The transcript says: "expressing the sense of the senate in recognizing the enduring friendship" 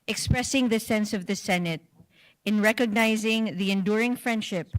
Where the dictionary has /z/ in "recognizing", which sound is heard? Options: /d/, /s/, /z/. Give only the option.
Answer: /z/